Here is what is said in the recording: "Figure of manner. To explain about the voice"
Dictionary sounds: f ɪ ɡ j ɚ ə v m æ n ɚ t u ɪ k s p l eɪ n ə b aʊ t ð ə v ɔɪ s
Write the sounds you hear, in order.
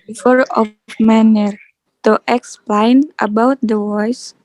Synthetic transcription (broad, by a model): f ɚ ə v m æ n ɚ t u ɪ k s p l eɪ n ə b aʊ t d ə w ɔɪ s